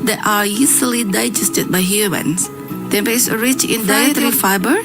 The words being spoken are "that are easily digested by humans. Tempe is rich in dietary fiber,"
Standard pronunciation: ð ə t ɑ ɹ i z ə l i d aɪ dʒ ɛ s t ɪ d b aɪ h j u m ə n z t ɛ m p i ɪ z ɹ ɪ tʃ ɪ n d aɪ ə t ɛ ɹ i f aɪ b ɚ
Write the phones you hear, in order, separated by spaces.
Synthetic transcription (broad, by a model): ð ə t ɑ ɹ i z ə l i d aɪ dʒ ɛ s t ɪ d b aɪ h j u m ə n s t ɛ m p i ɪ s ɹ ɪ tʃ ɪ n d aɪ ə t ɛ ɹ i f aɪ b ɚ